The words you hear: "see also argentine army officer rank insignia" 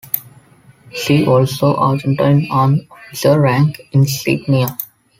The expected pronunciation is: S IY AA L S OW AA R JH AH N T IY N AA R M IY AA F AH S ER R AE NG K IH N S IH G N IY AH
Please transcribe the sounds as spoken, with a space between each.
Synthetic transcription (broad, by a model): SH IY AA L S OW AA R JH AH N T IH N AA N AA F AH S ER R AE NG K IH N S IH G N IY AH